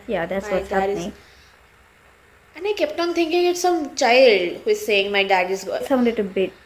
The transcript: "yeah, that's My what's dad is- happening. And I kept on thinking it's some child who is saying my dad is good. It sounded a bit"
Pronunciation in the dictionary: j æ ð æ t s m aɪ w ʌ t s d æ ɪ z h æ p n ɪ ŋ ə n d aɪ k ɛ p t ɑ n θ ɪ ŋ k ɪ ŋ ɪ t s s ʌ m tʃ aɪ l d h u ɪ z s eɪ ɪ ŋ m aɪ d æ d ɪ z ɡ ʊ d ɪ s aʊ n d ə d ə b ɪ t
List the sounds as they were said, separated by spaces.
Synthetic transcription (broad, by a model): j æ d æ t s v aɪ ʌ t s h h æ n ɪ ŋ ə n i k ɛ p t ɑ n t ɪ ŋ k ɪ ŋ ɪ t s s ʌ m tʃ aɪ l d h u ɪ z s eɪ ɪ ŋ m aɪ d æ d ɪ z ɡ ɪ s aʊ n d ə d ə b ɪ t